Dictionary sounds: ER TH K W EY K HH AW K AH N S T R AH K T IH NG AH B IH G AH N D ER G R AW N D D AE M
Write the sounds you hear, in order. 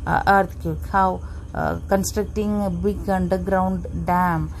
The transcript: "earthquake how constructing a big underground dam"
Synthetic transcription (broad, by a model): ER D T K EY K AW K AH N S T R AH K T IH NG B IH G AH N D ER G R AW N D D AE M